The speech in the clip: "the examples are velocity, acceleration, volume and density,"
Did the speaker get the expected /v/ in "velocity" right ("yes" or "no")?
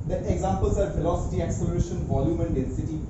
no